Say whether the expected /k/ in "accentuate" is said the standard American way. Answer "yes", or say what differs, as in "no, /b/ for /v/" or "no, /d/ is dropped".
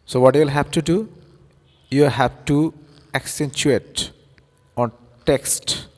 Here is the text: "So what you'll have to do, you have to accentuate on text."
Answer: yes